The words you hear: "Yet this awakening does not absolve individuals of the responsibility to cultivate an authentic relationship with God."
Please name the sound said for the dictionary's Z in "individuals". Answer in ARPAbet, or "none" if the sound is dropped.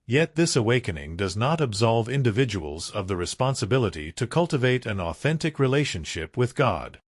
Z